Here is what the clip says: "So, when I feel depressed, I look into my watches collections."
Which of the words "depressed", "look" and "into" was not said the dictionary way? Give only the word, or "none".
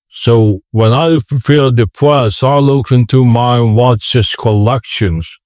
depressed